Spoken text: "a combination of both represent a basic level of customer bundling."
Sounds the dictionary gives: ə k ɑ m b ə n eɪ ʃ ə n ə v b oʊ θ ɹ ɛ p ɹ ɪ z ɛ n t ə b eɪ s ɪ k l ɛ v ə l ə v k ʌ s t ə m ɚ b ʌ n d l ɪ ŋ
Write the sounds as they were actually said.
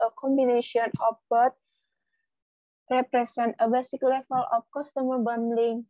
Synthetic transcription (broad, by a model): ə k ɑ m b ə n eɪ ʃ ə n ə f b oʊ t ɹ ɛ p ɹ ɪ s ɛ n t ə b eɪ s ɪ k l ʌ f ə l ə f k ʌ s t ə m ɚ b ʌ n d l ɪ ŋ